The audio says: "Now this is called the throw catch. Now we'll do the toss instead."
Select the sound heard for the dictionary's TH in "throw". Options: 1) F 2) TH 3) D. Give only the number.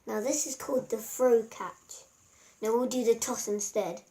1